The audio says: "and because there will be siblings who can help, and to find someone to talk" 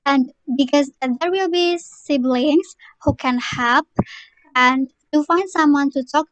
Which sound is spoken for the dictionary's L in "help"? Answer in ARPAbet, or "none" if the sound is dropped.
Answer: none